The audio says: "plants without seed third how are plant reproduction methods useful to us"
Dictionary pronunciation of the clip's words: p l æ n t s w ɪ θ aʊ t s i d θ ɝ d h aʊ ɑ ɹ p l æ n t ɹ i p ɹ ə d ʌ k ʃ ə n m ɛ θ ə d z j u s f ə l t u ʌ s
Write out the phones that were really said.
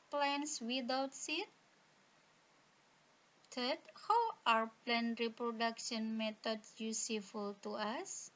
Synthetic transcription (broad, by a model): p l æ n s w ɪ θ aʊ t s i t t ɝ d h aʊ ɑ ɹ p l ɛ n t ɹ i p ɹ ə d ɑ k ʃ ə n m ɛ t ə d s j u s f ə l t u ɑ s